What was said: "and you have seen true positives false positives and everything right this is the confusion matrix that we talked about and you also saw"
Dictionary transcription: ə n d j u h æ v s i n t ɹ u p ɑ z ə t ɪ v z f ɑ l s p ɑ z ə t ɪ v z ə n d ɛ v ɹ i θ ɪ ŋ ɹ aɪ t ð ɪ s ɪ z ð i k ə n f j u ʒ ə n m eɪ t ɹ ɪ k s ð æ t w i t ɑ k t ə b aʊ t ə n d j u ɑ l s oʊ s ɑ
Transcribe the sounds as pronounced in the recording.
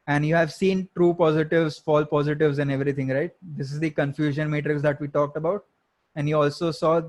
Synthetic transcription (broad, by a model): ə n d j u h æ v s i n t ɹ u p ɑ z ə t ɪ v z f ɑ l p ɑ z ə t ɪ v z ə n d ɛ v ɹ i t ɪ ŋ ɹ aɪ t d ɪ s ɪ z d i k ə n f j u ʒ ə n m eɪ t ɹ ɪ k s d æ t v i t ɑ k t ə b aʊ t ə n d j u ɑ l s oʊ s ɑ